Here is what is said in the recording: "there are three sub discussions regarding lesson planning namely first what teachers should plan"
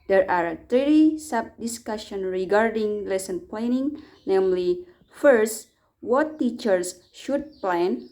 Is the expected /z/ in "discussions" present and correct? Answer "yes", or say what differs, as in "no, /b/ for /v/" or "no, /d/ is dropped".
no, /z/ is dropped